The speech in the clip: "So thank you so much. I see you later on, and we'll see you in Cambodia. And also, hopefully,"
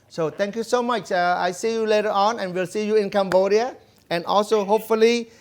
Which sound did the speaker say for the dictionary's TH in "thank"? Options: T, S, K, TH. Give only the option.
T